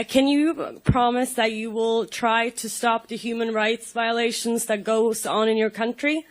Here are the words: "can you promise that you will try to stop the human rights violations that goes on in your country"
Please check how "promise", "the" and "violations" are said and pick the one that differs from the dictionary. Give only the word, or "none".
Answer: none